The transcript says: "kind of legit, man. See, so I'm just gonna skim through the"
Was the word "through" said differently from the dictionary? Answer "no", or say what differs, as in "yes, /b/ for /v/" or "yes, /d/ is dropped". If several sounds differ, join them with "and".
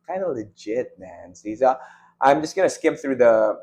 no